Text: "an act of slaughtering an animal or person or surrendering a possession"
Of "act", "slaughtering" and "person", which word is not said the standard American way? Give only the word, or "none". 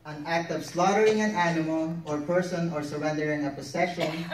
none